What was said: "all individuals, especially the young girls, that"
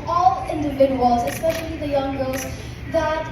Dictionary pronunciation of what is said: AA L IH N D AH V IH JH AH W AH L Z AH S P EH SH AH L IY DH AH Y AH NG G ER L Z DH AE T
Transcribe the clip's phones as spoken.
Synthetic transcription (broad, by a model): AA L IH N D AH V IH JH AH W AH L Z AH S P EH SH AH L IY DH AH Y AH NG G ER Z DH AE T